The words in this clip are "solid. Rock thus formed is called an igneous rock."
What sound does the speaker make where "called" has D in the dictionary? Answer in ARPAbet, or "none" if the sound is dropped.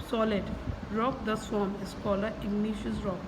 none